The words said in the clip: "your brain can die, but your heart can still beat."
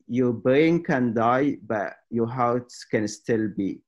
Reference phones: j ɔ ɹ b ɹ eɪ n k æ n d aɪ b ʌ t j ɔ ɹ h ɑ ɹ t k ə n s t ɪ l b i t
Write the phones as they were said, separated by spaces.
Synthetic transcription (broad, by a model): j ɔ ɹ b eɪ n k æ n d aɪ b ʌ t j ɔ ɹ h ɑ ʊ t k ə n s t ɪ l b i